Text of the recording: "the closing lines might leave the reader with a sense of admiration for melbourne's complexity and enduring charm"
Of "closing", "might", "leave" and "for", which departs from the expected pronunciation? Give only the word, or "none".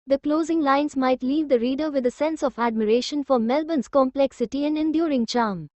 none